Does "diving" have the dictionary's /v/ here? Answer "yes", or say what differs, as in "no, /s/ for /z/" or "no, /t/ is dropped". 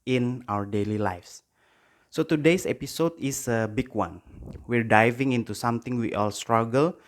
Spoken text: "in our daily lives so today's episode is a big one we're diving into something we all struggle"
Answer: yes